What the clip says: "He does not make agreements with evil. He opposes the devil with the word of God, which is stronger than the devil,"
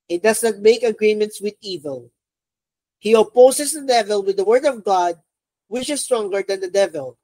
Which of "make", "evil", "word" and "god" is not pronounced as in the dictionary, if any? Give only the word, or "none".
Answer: none